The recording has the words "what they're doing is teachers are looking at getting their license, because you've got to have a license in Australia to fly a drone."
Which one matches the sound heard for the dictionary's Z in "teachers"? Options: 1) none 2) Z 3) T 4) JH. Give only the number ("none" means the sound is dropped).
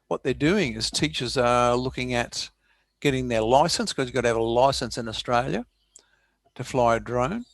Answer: 2